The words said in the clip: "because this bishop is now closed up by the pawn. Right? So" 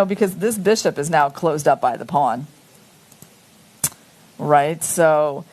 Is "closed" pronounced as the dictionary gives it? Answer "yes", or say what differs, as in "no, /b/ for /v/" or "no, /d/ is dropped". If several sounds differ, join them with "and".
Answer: yes